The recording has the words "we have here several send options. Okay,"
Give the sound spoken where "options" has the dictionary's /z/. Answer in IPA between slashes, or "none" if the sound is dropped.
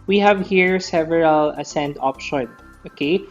none